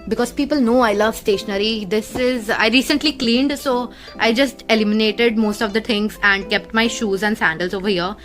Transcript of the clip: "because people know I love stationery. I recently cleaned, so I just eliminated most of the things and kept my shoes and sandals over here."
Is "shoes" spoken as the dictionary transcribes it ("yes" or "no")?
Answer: yes